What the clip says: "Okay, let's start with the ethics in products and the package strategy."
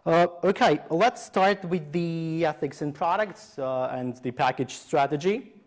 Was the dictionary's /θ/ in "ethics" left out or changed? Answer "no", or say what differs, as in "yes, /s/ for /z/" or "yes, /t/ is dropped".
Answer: no